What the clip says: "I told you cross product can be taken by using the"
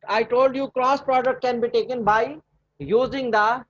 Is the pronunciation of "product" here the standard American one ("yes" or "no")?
yes